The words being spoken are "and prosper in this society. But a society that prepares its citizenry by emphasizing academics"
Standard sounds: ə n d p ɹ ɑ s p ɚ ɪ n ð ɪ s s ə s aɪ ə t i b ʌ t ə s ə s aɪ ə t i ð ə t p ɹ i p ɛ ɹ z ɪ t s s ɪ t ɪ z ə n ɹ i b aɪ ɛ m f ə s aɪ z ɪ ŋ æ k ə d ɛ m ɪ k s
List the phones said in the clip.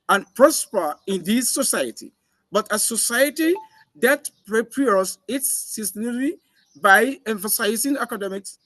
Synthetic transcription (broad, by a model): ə n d p ɹ ɑ s p ɚ ɪ n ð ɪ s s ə s aɪ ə t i b ʌ t ə s ə s aɪ ə t i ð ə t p ɹ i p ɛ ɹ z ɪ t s s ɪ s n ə ɹ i b aɪ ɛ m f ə s aɪ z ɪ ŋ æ k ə d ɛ m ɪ k s